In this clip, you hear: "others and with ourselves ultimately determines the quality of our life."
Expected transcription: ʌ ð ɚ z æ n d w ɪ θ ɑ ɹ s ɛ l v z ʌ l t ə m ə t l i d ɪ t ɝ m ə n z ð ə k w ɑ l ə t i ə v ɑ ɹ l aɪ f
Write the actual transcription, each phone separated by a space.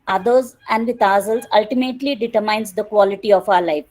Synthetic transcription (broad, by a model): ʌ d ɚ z æ n d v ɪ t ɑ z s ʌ l z ʌ l t ə m ə t l i d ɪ t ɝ m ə n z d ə k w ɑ l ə t i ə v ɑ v l aɪ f